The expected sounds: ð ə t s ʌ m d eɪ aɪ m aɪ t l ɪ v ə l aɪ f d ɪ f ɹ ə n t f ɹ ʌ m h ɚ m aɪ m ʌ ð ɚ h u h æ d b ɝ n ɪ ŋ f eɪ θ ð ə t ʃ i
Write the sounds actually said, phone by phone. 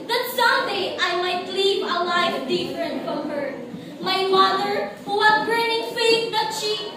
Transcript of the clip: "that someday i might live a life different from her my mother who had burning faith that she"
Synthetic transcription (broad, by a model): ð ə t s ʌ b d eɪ aɪ m aɪ t l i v ə l aɪ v d ɪ f ɹ ə n t f ɹ ʌ m h ɚ m aɪ m ʌ ð ɚ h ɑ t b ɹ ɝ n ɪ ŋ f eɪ t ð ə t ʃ i